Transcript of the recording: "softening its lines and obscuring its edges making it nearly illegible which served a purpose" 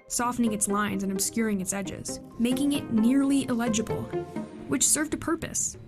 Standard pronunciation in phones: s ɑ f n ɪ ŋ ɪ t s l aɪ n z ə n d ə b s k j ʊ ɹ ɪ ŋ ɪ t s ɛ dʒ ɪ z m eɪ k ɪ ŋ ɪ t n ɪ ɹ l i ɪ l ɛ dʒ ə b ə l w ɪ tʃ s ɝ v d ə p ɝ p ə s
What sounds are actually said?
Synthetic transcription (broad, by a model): s ɑ f n ɪ ŋ ɪ t s l aɪ n z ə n ə b s k j ʊ ɹ ɪ ŋ ɪ t s ɛ dʒ ɪ z m eɪ k ɪ ŋ ɪ t n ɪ ɹ l i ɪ l ɛ dʒ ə b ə l w ɪ tʃ s ɝ v d ə p ɝ p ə s